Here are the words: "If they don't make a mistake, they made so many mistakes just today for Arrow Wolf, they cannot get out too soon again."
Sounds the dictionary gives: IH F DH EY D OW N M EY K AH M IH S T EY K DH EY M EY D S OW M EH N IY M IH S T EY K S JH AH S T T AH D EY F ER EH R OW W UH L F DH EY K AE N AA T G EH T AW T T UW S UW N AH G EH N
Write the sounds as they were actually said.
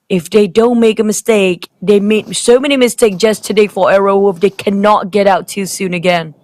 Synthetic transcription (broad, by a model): IH F DH EY D OW N M EY K AH M IH S T EY K DH EY M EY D S OW M EH N IY M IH S T EY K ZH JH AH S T T AH D EY F ER EH R OW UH F DH EY K AE N AA T G EH T AW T T UW S UW N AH G EH N